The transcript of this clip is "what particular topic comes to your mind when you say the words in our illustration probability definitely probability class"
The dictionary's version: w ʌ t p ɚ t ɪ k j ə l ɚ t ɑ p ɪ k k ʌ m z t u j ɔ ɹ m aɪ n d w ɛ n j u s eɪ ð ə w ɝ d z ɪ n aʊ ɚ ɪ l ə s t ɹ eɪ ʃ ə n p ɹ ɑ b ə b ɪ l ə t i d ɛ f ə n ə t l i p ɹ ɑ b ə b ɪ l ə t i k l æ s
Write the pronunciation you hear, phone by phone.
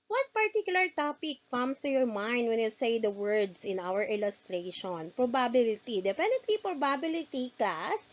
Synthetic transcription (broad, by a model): w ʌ t p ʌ t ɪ k j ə l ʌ t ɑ p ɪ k k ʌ m s t u j ɔ ɹ m aɪ n d w ɛ n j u s eɪ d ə w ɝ d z ɪ n aʊ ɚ ɪ l ə s t ɹ eɪ ʃ ə n p ɹ ɑ b ə b ɪ l ə t i d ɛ p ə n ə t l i p ɹ ɑ b ə b ɪ l ə t i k l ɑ s